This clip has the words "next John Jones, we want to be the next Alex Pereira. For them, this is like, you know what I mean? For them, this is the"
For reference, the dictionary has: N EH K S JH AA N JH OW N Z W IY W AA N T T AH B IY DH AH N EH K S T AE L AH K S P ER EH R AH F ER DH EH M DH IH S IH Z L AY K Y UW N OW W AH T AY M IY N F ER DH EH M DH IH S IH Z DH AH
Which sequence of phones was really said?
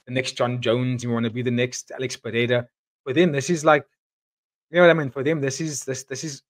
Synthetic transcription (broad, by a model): N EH K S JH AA N JH OW N Z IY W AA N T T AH B IY DH AH N EH K S T AE L AH K S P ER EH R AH F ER DH EH M DH IH S IH Z L AY K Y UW N OW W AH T AY M IY N F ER DH EH M DH IH S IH Z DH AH